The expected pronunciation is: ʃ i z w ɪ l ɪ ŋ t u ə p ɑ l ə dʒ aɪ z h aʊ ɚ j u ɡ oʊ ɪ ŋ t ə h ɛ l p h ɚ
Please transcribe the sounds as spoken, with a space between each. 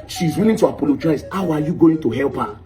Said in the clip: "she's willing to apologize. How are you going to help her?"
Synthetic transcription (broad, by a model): ʃ i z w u n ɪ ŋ t u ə p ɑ l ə dʒ aɪ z h aʊ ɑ j u ɡ oʊ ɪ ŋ t ə h ɛ l p h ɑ